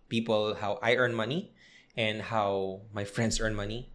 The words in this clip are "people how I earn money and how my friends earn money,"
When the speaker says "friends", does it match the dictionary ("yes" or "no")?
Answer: no